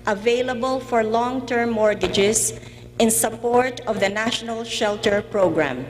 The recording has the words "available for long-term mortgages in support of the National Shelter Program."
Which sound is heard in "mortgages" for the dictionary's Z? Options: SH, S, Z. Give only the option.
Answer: S